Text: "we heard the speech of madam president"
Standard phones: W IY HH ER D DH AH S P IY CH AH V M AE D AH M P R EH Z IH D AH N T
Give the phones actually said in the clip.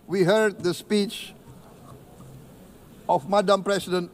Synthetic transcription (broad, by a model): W IY HH ER D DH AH S P IY CH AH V M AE D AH M P R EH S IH D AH N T